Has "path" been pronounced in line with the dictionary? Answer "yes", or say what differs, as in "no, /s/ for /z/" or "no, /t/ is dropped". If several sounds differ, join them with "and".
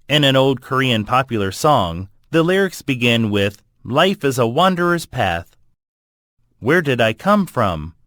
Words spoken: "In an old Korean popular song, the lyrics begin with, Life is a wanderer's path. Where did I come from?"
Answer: yes